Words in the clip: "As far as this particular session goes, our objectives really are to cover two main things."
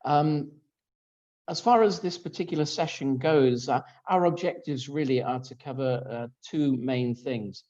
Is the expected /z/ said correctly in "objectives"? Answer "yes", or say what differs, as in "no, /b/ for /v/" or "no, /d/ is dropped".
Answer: yes